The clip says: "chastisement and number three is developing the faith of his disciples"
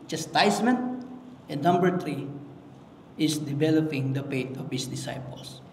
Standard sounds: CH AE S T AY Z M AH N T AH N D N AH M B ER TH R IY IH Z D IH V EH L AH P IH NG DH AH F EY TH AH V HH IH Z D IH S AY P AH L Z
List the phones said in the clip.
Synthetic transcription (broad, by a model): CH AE S T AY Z M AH N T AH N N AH M B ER T R IY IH S D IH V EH L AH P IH NG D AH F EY T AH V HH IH S D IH S AY P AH L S